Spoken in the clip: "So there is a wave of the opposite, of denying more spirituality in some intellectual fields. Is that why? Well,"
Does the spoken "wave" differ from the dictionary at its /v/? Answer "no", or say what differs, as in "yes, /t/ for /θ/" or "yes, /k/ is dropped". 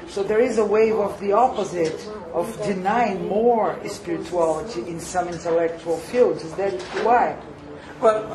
no